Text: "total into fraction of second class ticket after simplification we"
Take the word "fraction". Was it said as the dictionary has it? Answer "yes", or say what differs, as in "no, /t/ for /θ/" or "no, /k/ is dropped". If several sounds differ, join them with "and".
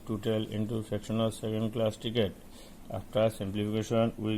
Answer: no, /ɹ/ is dropped